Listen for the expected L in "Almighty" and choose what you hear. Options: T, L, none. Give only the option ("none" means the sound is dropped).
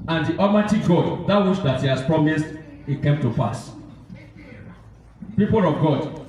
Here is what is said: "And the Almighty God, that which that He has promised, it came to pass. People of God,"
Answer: none